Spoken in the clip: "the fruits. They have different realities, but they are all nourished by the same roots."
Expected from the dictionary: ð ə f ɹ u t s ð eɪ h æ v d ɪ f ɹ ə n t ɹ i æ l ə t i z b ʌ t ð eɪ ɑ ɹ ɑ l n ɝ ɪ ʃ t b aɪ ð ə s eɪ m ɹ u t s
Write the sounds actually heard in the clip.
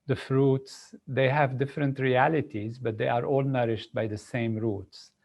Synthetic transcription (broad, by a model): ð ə f ɹ u t s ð eɪ h æ v d ɪ f ɹ ə n t ɹ i æ l ə t i z b ʌ t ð eɪ ɑ ɹ ɑ l n ɝ ɪ ʃ t b aɪ ð ə s eɪ m ɹ u t s